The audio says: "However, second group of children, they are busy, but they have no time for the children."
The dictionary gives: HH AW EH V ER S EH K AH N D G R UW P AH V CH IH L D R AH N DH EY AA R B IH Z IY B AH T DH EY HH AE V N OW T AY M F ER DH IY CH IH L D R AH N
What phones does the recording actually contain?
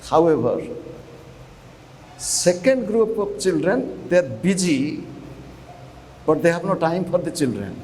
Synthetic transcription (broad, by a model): HH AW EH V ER S EH K AH N D G R UW P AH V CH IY L D R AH N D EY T B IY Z IY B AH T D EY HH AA P N OW T AY M P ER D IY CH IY L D R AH N